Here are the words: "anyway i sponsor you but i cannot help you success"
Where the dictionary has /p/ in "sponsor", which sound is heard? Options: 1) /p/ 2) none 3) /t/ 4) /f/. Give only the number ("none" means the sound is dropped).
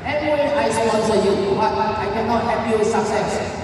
2